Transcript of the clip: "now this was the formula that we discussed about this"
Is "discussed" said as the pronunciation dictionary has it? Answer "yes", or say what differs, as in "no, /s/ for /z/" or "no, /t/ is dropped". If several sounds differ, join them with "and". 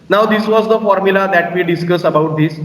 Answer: no, /t/ is dropped